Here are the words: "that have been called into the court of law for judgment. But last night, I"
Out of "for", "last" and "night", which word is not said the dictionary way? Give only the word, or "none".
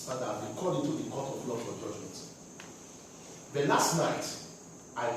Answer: for